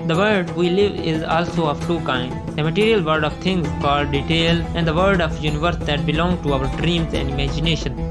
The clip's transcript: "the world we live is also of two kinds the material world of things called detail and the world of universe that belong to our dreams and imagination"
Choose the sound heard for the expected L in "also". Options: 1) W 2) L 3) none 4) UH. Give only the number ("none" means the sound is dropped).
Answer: 2